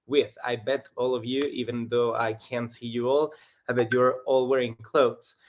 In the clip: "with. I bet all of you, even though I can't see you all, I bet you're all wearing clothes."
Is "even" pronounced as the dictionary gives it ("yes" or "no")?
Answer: yes